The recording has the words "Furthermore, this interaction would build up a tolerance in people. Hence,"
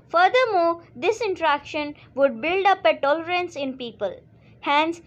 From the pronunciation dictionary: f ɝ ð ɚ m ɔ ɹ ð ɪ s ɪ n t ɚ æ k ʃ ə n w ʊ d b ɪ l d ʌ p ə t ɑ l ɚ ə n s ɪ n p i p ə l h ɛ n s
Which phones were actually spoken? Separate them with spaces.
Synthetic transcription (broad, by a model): f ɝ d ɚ m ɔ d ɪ s ɪ n t ɚ æ k ʃ ə n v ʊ d b ɪ l d ʌ p ə t ɑ l ɚ ə n s ɪ n p i p ə l h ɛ n s